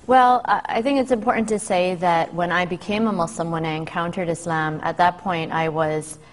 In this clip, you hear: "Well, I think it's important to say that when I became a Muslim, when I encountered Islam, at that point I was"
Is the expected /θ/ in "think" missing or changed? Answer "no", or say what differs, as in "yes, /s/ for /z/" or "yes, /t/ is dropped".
no